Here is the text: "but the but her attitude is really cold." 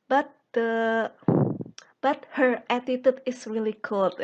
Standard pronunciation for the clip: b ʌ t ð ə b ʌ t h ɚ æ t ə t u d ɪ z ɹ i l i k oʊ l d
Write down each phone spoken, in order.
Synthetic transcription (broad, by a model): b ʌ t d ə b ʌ t h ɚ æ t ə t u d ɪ s ɹ i l i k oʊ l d